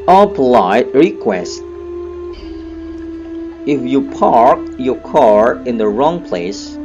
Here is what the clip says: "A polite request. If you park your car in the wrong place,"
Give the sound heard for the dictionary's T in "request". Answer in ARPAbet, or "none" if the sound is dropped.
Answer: T